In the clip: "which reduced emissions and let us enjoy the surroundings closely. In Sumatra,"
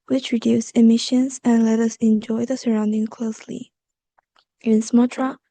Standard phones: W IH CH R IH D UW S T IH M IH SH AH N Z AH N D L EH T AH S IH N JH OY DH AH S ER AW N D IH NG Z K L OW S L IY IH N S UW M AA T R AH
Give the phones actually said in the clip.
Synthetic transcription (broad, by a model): W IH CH R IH D UW S IH M IH SH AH N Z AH N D L EH T AH S IH N JH OY DH AH S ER AW N D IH NG K L OW S L IY IH N S M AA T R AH